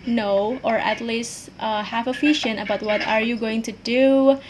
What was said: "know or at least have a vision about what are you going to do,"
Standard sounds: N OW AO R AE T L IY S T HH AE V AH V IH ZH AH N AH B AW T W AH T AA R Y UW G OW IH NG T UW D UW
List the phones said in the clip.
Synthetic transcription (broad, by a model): N OW AO R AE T L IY S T HH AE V AH F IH SH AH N AH B AW T W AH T AA R Y UW G OW IH NG T UW D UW